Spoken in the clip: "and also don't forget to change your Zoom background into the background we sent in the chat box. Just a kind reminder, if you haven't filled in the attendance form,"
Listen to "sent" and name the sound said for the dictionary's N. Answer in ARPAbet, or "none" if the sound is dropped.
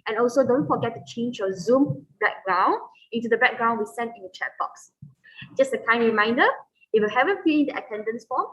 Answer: N